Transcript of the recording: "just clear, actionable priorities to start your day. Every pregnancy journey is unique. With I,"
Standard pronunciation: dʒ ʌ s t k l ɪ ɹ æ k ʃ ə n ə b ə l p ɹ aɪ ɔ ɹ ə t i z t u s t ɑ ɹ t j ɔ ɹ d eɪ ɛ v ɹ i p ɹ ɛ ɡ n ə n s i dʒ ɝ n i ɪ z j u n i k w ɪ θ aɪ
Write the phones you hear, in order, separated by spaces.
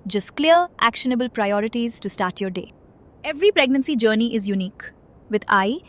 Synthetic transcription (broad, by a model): dʒ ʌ s t k l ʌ ɹ æ k ʃ ə n ə b ə l p ɹ aɪ ɔ ɹ ə t i z t u s t ɑ ɹ t j ɔ ɹ d eɪ ɛ v ɹ i p ɹ ɛ ɡ n ə n s i dʒ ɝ n i ɪ z j u n i k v ɪ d aɪ